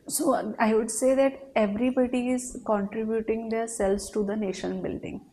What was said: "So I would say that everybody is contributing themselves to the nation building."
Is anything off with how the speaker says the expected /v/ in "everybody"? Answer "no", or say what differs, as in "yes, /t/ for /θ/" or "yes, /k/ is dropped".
no